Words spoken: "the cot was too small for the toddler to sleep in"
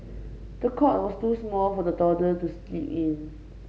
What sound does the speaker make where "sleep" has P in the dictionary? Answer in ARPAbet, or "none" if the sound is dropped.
none